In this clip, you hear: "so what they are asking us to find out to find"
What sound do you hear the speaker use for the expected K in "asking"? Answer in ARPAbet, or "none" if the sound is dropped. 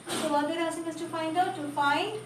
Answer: none